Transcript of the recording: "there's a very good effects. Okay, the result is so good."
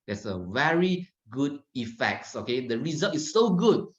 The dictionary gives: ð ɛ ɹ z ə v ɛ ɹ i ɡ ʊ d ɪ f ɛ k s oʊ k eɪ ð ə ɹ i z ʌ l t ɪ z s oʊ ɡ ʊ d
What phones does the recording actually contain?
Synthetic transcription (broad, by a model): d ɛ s ə v ɛ ɹ i ɡ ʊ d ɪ f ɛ k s oʊ k eɪ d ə ɹ i z ʌ l t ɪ s oʊ ɡ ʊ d